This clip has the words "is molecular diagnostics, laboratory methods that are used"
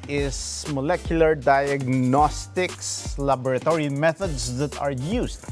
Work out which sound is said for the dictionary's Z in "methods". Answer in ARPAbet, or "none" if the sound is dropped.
S